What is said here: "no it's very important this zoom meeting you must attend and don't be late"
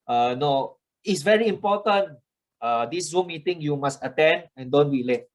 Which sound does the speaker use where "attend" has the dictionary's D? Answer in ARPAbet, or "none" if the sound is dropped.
D